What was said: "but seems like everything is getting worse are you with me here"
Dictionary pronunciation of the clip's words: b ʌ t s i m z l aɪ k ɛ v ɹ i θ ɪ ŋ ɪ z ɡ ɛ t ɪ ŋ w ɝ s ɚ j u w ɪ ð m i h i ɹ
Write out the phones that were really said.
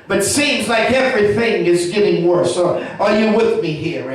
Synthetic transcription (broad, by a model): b ʌ t s i m z l aɪ k ɛ v ɹ i θ ɪ ŋ ɪ z ɡ ɛ t ɪ ŋ w ɝ s ɚ j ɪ w ɪ ð m i h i ɹ